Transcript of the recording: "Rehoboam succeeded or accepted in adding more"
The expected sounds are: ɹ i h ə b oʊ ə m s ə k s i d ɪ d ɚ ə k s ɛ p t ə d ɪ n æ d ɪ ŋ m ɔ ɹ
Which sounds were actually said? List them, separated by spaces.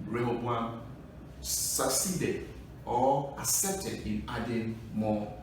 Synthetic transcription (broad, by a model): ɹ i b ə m s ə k s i d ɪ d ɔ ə s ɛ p t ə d ɪ n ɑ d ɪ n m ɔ